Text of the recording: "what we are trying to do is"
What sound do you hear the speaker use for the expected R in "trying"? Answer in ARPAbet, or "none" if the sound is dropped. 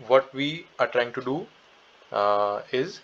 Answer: R